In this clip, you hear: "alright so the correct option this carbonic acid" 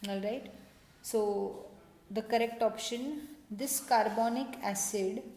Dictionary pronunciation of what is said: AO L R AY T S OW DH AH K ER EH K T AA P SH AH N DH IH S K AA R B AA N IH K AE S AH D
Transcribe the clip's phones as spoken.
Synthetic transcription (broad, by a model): AO L R AY T S OW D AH K ER EH K T AA P SH AH N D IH S K AA R B AA N IH K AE S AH D